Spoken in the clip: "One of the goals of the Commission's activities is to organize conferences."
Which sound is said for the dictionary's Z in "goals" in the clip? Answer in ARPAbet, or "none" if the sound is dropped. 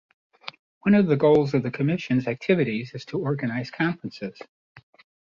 Z